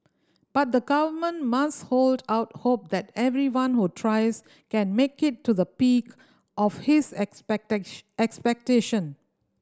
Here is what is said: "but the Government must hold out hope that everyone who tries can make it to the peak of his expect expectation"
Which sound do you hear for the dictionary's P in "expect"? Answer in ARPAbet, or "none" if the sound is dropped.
none